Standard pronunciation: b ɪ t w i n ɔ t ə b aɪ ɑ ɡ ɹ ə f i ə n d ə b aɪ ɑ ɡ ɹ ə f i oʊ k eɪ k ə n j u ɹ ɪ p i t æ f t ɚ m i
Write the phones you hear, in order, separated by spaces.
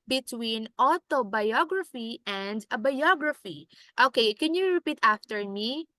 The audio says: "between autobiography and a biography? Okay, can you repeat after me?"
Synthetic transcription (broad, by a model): b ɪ t w i n ɔ t ə b aɪ ɑ ɡ ɹ ə f i ə n d ə b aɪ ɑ ɡ ɹ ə f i oʊ k eɪ k ə n j u ɹ ɪ p i t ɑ f t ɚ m i